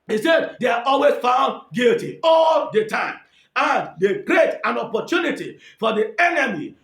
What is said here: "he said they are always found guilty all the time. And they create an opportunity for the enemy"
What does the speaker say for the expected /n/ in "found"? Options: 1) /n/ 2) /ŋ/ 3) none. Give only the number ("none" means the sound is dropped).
1